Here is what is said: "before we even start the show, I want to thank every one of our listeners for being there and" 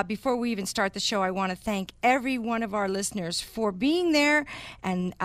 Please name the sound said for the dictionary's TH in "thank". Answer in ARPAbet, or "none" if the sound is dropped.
TH